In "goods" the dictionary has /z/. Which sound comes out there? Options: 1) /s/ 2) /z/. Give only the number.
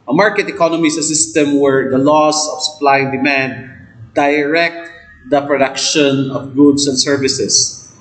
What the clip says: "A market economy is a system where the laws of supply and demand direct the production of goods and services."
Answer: 1